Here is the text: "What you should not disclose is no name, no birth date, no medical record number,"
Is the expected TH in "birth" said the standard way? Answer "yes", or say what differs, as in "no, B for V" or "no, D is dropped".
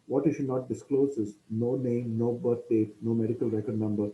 no, T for TH